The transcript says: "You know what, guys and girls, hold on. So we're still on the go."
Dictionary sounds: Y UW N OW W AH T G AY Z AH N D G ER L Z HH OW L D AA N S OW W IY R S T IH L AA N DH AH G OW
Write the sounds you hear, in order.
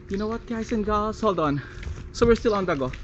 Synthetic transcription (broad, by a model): Y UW N OW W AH T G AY S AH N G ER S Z HH OW L D AA N S OW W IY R S T IH L AA N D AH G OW